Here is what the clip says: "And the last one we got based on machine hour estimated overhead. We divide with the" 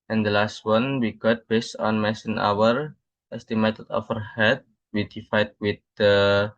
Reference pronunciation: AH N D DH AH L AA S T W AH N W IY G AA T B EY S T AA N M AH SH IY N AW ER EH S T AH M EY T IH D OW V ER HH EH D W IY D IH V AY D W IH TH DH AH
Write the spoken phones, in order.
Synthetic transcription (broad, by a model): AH N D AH L AA S T W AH N W IY G AA T B EY S T AA N M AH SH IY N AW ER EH S T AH M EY T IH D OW F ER HH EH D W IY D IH F AY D W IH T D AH